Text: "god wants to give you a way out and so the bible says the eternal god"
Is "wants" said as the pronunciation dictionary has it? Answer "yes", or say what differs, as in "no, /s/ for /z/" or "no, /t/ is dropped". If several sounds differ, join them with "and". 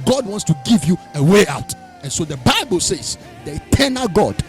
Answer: yes